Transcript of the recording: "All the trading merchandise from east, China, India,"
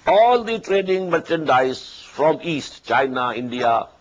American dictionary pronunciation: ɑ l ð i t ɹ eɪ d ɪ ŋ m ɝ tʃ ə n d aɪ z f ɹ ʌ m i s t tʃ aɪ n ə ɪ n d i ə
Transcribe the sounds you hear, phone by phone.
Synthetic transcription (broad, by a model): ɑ l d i t ɹ eɪ d ɪ ŋ m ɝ tʃ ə n d aɪ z f ɹ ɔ m i s t tʃ aɪ n ə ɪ n d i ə